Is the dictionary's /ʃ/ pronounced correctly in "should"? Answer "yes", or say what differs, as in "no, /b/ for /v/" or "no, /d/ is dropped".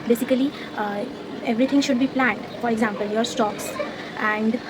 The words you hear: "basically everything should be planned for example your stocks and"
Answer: yes